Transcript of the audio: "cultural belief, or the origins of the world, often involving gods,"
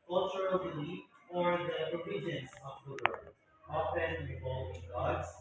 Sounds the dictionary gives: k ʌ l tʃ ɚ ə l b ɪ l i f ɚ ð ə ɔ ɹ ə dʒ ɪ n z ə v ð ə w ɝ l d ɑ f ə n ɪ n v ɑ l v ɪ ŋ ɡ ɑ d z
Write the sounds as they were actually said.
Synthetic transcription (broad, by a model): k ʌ l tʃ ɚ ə l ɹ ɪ l i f ɚ ð ə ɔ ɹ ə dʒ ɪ n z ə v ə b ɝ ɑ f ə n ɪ v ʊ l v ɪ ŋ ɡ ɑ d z